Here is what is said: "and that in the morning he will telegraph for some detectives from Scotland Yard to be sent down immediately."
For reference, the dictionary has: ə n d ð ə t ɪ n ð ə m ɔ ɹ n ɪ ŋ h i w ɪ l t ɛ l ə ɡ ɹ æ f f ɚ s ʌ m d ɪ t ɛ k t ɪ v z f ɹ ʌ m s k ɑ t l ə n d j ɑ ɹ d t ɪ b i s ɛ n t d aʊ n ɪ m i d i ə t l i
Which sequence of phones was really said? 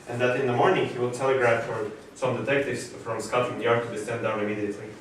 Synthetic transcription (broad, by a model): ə n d ð ə t ɪ n ð ə m ɔ ɹ n ɪ ŋ h i w ɪ l t ɛ l ə ɡ ɹ æ f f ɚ s ʌ m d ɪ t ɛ k t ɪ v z f ɹ ʌ m s k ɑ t ə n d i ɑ ɹ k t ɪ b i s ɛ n d aʊ n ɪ m i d i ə t l i